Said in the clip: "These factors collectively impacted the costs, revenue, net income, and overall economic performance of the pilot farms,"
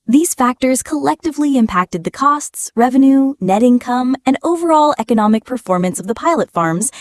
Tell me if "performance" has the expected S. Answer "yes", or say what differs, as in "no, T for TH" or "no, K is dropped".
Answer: yes